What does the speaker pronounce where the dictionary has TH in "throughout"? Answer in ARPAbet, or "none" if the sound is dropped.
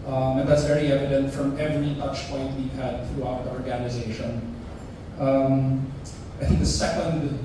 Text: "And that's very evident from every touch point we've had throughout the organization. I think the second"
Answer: TH